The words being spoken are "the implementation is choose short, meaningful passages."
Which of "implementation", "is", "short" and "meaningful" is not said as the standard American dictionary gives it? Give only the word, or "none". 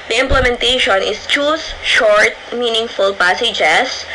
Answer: is